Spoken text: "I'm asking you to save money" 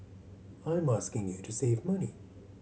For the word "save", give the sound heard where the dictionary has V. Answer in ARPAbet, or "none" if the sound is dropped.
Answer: V